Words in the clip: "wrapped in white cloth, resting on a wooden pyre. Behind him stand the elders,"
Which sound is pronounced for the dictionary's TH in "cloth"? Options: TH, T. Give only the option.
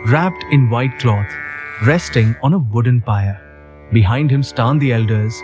T